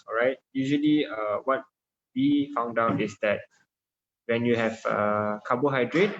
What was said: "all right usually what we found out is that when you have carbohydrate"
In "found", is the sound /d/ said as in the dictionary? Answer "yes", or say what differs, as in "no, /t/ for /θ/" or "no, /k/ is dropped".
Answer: yes